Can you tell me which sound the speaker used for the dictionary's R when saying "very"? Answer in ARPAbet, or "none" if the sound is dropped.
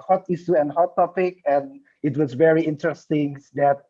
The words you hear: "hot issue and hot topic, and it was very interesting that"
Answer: R